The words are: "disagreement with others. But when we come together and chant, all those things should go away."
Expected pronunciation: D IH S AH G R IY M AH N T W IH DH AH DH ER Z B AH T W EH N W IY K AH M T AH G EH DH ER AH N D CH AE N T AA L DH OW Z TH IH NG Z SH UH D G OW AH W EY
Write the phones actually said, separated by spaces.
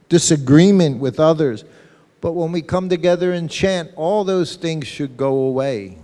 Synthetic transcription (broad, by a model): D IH S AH G R IY M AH N T W IH DH AH DH ER Z B AH T W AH N W IY K AH M T AH G EH DH ER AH N CH AE N T AA L DH OW Z TH IH NG Z SH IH D G OW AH W EY